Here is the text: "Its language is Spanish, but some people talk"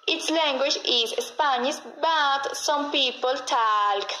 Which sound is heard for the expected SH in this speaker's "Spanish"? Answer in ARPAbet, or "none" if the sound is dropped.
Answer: S